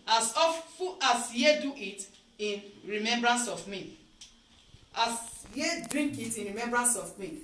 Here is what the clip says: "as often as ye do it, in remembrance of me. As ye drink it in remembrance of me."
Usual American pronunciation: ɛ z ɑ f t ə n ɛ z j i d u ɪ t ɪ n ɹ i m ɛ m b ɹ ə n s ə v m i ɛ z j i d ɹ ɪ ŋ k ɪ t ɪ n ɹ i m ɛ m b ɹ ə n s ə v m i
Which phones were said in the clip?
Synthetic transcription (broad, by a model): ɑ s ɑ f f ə ɑ s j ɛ d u ɪ t ɪ n ɹ i m ɛ m b ɹ ə n s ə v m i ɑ s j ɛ d ɹ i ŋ k ɪ t ɪ n ɹ i m ɛ m b ɹ ə n s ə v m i